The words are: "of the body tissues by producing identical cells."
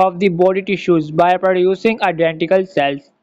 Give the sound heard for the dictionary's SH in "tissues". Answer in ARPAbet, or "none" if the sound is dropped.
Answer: SH